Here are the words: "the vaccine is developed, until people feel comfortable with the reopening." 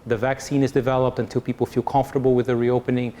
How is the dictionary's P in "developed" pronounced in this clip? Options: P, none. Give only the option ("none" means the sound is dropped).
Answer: P